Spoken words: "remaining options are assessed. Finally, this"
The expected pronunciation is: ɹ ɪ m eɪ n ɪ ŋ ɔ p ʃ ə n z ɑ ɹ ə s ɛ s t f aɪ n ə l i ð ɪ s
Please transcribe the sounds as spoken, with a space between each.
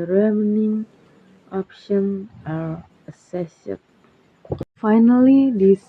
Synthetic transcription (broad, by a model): ɹ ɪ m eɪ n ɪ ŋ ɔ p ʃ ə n ɑ ɹ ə s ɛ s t f aɪ n ə l i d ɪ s